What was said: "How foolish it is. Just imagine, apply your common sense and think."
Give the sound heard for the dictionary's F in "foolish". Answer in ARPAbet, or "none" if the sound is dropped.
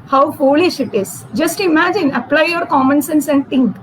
F